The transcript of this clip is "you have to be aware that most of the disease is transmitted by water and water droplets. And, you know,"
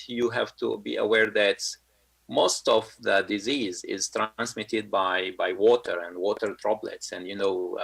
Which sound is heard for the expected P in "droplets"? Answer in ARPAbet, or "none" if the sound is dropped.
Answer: B